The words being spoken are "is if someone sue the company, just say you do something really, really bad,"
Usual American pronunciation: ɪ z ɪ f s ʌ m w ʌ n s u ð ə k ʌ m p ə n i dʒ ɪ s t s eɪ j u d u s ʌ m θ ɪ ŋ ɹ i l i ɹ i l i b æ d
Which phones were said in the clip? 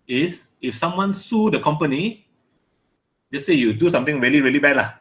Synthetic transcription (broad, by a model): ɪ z ɪ f s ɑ m w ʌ n s u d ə k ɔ m p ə n i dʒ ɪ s s eɪ j u d u s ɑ m t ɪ ŋ ɹ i l i ɹ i l i b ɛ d